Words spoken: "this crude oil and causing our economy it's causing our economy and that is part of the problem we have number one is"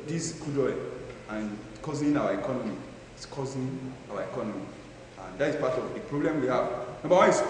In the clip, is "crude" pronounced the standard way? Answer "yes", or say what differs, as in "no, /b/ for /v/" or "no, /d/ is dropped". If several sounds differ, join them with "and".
no, /ɹ/ is dropped